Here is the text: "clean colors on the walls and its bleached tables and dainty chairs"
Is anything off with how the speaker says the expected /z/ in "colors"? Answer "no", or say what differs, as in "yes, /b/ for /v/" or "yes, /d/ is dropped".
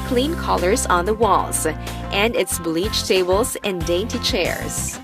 no